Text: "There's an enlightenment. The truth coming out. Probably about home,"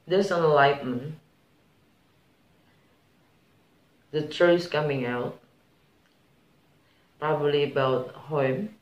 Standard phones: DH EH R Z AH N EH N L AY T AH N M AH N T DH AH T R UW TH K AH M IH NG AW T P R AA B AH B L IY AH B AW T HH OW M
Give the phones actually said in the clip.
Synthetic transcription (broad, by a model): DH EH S AH N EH L AY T M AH N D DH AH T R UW S K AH M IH NG AW T P R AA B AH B L IY B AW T HH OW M